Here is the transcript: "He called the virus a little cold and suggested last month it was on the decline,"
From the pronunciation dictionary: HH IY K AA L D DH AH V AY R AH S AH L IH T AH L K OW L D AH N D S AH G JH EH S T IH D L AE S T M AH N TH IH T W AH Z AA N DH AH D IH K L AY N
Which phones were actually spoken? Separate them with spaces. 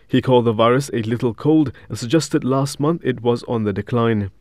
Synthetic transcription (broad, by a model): HH IY K AA L D DH AH V AY R AH S AH L IH T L K OW L D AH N S AH G JH EH S T IH D L AE S T M AH N TH IH T W AH Z N DH AH D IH K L AY N